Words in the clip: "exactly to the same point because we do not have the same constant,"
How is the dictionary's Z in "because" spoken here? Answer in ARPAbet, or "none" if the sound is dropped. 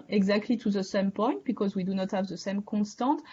Z